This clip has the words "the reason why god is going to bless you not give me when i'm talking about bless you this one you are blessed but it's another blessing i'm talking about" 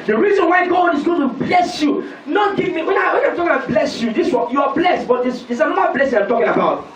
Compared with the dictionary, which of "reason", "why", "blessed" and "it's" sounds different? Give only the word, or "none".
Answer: it's